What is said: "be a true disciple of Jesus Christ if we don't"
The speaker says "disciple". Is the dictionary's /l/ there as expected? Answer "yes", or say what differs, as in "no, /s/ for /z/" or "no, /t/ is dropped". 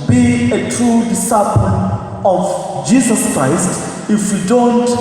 no, /n/ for /l/